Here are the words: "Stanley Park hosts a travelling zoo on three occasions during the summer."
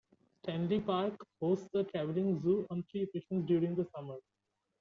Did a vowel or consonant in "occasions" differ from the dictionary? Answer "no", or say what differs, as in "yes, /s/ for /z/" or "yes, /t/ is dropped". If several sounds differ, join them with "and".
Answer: yes, /ʃ/ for /ʒ/